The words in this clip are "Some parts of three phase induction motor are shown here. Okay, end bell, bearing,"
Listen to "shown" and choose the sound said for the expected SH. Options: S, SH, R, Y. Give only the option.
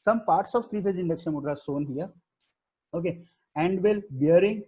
S